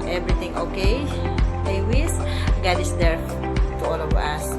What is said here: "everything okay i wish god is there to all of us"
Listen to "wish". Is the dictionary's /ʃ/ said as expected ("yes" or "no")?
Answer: no